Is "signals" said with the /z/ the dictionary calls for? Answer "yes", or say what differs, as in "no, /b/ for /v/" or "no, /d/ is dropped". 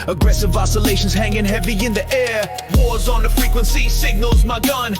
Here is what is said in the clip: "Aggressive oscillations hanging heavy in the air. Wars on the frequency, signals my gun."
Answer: yes